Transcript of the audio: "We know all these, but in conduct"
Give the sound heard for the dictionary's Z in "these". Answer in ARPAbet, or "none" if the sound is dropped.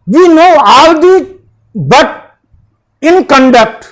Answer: none